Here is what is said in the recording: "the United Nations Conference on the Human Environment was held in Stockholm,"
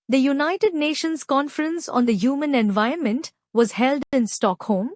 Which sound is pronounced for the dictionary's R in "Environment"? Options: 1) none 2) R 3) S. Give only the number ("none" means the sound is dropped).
1